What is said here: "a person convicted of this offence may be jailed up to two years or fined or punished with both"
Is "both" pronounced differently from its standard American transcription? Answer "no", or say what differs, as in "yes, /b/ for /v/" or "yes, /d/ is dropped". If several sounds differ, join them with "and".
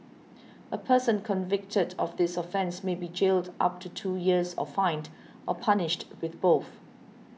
no